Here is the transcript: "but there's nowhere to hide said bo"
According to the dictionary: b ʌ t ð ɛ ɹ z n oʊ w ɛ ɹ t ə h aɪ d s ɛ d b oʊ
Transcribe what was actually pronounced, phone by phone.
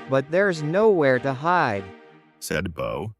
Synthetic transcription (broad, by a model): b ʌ t ð ɛ ɹ z n oʊ w ɛ ɹ t ə h aɪ d s ɛ d b oʊ